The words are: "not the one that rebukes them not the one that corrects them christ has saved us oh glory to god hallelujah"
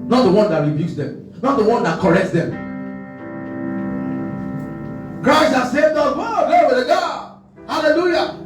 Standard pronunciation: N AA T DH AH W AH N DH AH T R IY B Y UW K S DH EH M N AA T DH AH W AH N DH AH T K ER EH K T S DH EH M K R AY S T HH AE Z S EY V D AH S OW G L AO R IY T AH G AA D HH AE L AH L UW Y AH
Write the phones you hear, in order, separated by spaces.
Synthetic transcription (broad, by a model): N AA T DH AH W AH N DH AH T R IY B Y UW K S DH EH M N AA T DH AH W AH N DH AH T K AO EH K T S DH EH M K R AY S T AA S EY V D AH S OW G AO W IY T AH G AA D HH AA L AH L UW Y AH